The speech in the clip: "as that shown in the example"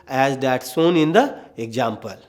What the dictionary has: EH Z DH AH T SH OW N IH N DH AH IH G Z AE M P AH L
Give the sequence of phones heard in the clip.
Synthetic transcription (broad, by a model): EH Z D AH T S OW N IH N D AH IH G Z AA M P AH L